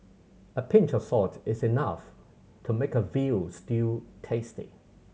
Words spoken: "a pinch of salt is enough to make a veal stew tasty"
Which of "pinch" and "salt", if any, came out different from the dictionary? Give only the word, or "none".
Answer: salt